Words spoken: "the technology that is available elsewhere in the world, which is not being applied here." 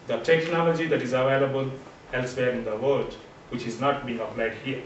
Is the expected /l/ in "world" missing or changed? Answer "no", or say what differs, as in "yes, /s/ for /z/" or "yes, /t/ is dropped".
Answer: yes, /l/ is dropped